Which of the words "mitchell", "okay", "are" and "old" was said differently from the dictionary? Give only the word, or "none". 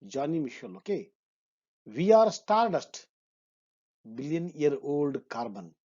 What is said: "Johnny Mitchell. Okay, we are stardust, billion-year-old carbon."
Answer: mitchell